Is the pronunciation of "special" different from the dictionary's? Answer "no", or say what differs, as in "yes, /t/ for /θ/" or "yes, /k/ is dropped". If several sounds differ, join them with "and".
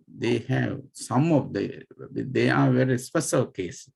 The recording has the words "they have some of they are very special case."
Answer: yes, /s/ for /ʃ/